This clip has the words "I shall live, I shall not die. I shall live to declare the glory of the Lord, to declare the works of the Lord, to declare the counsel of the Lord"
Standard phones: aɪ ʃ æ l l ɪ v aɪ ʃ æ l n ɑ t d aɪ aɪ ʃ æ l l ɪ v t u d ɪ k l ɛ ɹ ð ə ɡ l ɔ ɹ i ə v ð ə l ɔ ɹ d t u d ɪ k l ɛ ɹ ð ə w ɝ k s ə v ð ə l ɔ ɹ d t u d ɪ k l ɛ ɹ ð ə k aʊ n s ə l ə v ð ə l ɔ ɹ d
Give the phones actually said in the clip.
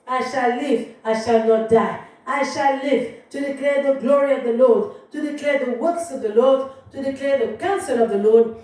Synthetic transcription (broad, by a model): aɪ ʃ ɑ l l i v aɪ ʃ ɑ l n ɑ t d aɪ aɪ ʃ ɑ l l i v t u d ɪ k l ɛ ɹ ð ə ɡ l ɔ ɹ i ə v ð ə l ɔ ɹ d t u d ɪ k l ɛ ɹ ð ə w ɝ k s ə v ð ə l ɔ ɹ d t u d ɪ k l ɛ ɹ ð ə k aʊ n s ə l ə v ð ə l ɔ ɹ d